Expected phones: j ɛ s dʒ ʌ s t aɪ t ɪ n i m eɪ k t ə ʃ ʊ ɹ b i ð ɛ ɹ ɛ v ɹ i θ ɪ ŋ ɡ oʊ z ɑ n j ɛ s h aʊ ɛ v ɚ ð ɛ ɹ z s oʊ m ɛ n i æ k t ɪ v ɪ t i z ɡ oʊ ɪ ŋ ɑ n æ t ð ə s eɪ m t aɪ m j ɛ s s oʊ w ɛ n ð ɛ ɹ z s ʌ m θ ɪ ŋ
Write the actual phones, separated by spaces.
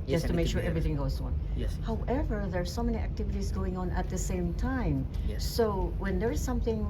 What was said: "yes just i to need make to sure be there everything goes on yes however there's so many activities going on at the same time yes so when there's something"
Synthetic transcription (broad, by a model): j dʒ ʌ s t t ɪ m eɪ k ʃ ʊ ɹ ɹ ɛ v ɹ i θ ɪ ŋ ɡ oʊ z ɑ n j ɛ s h aʊ ɛ v ɚ ð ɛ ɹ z s oʊ m ɛ n i æ k t ɪ v ɪ t i z ɡ oʊ ɪ ŋ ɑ n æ t ð ə s eɪ m t aɪ m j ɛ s s oʊ w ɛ n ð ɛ ɹ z s ʌ m θ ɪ ŋ